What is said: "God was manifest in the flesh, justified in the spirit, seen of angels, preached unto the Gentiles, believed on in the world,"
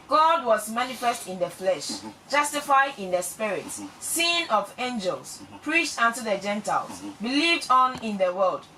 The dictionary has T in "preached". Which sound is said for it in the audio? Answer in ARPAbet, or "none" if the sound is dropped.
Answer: T